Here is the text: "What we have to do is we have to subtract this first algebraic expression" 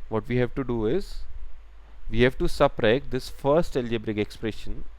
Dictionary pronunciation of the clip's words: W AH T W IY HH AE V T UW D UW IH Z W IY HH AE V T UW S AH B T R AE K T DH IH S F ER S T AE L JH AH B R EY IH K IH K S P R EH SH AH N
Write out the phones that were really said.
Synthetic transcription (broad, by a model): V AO T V IY HH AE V T UW D UW IH Z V IY HH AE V T UW S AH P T R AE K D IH S F ER S T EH L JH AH B R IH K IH K S P R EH SH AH N